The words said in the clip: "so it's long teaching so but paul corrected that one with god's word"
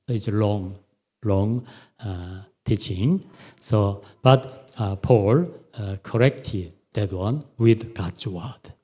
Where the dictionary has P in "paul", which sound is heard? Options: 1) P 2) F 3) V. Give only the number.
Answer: 1